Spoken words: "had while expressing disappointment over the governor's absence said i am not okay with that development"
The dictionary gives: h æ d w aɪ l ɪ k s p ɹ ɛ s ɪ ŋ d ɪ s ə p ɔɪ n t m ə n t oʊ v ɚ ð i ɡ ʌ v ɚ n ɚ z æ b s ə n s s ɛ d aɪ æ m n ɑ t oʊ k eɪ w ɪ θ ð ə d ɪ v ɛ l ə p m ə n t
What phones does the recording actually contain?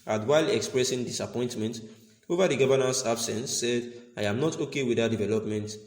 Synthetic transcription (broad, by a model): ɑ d w aɪ l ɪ k s p ɹ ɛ s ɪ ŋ d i s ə p ɔɪ n t m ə n t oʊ v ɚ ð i ɡ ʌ v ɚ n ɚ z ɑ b s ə n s s ɛ d aɪ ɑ m n ɑ t oʊ k eɪ w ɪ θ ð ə d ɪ v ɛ l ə p m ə n t